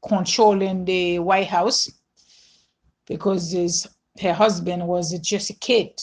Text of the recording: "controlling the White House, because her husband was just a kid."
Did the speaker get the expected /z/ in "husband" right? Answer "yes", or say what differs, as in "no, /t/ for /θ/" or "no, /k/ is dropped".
yes